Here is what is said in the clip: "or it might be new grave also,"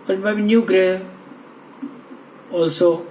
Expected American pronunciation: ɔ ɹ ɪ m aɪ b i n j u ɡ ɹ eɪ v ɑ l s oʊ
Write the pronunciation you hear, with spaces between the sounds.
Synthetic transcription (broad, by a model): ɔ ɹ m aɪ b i n j u ɡ ɹ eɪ ɑ l s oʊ